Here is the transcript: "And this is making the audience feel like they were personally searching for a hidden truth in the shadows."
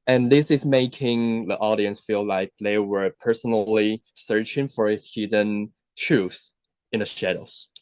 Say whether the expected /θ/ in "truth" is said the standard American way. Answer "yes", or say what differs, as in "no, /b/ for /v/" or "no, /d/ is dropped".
yes